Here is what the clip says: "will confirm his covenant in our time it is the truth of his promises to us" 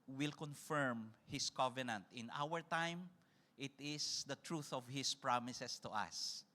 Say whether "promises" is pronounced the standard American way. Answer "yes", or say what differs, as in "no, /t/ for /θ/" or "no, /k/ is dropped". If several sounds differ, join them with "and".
no, /s/ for /z/